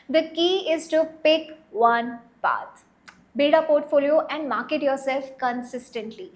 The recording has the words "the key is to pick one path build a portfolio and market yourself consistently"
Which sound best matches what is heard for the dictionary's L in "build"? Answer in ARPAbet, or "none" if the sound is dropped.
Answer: none